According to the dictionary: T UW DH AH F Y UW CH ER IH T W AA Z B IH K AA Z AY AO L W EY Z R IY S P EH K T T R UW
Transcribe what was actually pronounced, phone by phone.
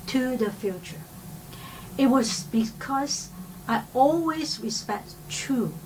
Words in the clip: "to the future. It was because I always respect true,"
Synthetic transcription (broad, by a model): T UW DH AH F Y UW CH ER IH T W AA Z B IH K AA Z AY AO L W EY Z R IY S P EH K T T R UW